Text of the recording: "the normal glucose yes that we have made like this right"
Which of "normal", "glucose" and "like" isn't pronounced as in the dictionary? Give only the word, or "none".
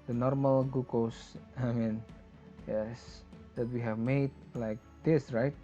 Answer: glucose